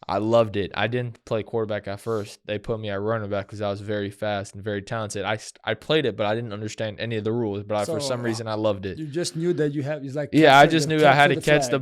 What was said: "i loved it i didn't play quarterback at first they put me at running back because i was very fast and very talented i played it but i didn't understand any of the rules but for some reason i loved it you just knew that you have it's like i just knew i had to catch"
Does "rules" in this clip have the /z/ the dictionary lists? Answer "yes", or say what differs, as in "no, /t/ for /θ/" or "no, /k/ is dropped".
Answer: yes